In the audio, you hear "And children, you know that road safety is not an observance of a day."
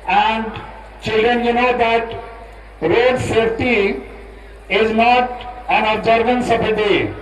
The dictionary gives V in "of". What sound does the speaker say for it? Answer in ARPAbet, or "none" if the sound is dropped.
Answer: P